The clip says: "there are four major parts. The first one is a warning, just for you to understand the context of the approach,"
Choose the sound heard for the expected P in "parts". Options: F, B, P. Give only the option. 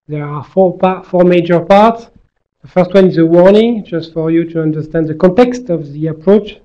P